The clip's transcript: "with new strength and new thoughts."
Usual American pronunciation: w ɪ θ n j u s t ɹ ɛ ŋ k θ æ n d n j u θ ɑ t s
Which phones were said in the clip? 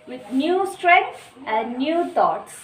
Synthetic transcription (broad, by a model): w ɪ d n j u s t ɹ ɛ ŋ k s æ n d n j u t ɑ t s